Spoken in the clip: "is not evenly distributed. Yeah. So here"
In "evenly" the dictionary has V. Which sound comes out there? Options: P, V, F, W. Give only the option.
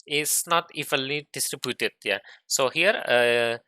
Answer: F